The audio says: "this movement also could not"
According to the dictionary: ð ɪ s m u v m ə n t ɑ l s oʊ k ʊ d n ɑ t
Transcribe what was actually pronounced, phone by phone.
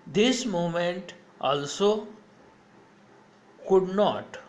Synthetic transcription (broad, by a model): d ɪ s m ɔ m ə n t ɑ l s oʊ k ʊ d n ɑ t